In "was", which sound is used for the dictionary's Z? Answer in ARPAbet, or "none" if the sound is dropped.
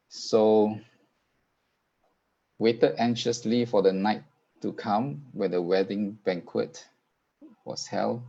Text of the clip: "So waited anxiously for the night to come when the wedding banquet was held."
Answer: S